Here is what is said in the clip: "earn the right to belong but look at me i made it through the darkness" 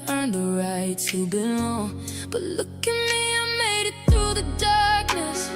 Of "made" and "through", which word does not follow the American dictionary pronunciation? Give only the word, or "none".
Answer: none